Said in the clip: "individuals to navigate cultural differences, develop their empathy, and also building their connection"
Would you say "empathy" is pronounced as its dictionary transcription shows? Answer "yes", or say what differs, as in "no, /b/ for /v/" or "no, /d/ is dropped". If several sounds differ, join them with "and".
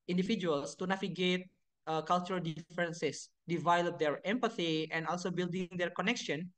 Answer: yes